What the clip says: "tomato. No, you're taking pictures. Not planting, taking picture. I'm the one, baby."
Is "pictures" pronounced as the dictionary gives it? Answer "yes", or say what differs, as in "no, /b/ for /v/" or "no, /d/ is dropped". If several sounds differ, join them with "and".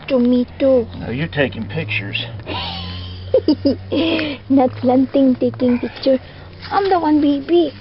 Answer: yes